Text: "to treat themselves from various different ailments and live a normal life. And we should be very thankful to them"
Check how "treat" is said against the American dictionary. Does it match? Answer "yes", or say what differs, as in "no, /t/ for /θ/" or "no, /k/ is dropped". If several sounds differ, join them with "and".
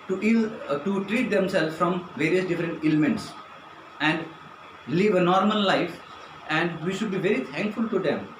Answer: yes